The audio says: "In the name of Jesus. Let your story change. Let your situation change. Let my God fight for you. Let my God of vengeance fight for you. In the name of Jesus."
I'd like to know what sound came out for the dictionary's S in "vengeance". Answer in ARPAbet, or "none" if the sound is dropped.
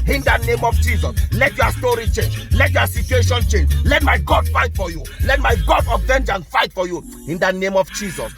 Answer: none